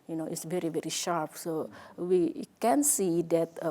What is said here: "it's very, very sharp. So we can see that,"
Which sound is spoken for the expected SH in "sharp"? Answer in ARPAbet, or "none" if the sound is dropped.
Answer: SH